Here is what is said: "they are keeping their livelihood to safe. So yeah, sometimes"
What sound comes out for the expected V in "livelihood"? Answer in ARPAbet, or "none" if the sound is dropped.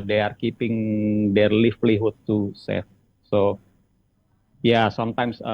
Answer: F